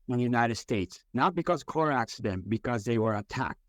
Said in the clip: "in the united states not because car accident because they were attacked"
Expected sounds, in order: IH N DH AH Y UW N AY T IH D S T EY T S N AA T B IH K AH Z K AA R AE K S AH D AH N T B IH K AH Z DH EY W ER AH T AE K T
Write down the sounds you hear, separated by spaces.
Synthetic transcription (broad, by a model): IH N Y UW N AY T IH D S T EY T S N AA T B IH K AH Z K AA R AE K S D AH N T B IH K AH Z DH EY W ER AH T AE K T